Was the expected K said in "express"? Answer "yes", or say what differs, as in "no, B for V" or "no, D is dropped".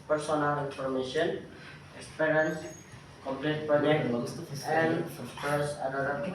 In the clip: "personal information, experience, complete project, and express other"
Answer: no, K is dropped